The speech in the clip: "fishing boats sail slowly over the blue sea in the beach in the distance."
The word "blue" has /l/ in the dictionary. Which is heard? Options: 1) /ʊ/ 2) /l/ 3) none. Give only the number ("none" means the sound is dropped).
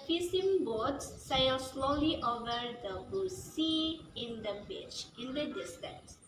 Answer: 3